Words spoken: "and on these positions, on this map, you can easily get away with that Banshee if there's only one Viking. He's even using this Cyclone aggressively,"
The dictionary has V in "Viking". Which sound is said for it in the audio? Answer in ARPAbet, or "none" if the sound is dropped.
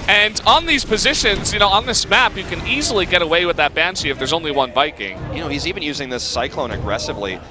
B